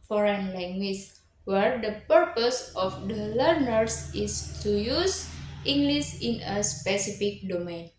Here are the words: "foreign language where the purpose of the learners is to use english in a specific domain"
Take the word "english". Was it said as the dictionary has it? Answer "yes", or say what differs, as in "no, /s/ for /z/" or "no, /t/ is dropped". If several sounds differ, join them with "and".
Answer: no, /s/ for /ʃ/